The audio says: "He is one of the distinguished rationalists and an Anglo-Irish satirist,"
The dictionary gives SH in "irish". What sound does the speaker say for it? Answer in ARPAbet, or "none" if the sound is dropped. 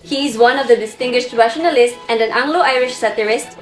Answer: SH